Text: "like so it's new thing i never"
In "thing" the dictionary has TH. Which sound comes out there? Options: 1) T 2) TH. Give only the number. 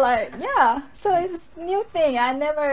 2